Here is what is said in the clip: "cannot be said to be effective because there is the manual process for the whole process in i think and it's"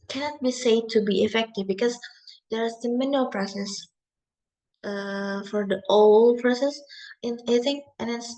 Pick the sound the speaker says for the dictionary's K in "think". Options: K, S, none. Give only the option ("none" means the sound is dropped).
none